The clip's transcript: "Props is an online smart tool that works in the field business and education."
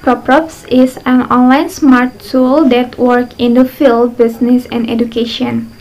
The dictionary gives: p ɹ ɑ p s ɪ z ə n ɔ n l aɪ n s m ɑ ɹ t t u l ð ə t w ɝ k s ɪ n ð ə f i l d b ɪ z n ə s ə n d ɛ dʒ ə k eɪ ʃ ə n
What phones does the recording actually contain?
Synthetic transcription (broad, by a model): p ɹ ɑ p s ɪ s ə n ɔ n l aɪ n s m ɑ ɹ t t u l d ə t w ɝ k ɪ n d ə f i l d b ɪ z n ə s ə n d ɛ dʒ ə k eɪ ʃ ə n